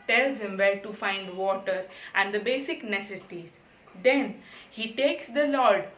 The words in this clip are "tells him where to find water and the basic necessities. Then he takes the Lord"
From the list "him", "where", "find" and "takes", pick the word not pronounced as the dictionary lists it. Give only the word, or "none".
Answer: where